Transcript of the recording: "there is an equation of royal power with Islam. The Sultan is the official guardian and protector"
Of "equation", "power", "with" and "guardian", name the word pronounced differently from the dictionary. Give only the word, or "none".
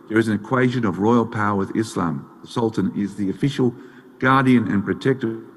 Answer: none